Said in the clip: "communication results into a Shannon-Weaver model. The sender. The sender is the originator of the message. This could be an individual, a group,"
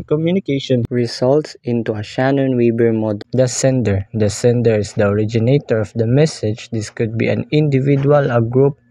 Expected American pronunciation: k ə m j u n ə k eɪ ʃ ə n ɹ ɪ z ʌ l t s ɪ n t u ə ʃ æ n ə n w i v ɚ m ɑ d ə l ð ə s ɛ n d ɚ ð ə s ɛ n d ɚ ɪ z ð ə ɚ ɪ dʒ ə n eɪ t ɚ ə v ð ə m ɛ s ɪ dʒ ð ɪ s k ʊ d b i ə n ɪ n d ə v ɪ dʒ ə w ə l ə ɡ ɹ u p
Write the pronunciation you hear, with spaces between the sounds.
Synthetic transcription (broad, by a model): k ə m j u n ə k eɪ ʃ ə n ɹ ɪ s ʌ l t s ɪ n t u ə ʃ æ n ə n w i b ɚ m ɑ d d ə s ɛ n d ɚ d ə s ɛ n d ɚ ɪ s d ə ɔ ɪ dʒ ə n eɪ t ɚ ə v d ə m ɛ s ɪ dʒ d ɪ s k ʊ d b i ə n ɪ n d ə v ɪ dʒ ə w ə l ə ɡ ɹ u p